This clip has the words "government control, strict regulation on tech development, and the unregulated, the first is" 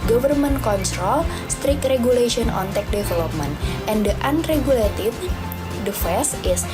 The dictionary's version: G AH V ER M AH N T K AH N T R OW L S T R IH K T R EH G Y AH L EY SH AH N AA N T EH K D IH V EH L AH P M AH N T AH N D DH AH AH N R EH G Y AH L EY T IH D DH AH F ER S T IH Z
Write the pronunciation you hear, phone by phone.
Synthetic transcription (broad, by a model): G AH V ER M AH N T K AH N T R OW L S T R IH K T R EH G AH L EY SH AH N AA N T EH K D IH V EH L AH P M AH N T AH N D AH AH N R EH G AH L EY T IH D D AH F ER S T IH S